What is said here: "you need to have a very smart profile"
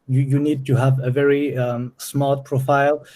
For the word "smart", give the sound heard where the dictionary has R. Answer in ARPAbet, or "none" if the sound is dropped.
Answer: L